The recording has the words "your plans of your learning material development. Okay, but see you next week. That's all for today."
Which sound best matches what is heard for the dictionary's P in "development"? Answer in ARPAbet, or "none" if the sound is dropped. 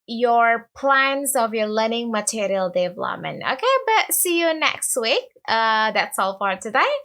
none